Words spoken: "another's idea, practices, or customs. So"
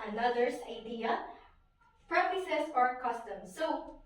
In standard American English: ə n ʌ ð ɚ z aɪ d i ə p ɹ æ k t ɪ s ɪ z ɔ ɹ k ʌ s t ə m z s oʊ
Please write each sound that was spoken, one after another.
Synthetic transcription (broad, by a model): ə n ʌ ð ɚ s aɪ d i ə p ɹ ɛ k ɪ s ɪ s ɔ ɹ k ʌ s t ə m s oʊ